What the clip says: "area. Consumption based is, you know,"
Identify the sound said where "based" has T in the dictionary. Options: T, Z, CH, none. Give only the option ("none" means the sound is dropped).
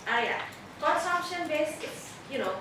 none